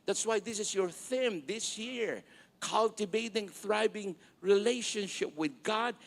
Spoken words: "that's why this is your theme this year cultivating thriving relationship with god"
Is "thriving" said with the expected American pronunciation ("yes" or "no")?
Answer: no